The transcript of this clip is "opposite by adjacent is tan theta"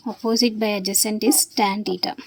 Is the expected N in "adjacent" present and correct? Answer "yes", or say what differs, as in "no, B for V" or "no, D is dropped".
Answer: yes